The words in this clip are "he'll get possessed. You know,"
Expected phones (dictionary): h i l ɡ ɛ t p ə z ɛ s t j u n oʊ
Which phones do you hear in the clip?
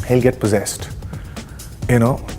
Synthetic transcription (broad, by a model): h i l ɡ ɛ t p ə z ɛ s t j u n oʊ